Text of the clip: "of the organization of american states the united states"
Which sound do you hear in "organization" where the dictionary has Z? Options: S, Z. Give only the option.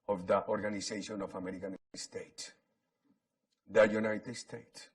S